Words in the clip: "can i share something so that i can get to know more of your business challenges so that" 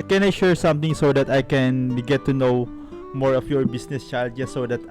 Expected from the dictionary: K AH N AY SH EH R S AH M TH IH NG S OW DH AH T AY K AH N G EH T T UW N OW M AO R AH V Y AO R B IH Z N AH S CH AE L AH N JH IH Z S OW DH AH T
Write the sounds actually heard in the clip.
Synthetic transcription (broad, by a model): K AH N AY SH EH R S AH M T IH NG S OW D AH T AY K AH N G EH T T UW N OW M AO R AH F Y AO R B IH S N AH S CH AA L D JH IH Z S OW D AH T